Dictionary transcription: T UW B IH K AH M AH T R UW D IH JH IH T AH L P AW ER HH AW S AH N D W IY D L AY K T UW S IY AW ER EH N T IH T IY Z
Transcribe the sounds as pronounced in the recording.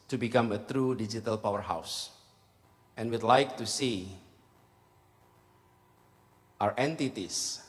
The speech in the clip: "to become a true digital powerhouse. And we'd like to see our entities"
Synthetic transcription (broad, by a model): T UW B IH K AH M AH T R UW D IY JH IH T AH L P AW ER HH AW S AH N W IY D L AY K T UW S IY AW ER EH N T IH T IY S